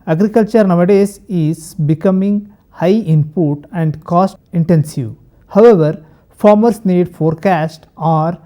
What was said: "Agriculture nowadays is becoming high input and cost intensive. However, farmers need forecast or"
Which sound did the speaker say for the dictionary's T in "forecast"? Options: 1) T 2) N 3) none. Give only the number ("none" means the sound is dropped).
1